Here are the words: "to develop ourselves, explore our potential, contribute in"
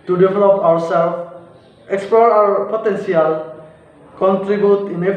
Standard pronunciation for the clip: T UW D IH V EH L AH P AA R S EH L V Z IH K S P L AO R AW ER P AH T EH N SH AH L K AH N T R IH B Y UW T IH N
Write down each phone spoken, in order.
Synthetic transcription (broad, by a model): T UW D IH V EH L AH P AA W S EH L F IH K S P L AO R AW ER P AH T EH N S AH L K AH N T R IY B Y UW T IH N